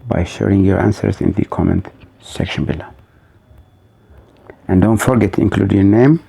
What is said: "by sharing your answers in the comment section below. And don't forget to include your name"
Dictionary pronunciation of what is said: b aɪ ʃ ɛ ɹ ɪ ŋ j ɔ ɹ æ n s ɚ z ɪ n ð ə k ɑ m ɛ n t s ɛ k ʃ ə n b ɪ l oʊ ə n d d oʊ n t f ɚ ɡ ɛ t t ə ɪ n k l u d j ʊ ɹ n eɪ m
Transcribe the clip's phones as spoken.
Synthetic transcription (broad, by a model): b aɪ ʃ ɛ ɹ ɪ ŋ j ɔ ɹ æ n s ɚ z ɪ n ð ə k ɑ m ɛ n t s ɛ k ʃ ə n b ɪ l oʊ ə n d d oʊ n t f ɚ ɡ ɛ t t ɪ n k l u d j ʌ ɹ n eɪ m